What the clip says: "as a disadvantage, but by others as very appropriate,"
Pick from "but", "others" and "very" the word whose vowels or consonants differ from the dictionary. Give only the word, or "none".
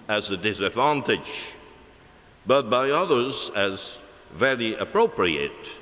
none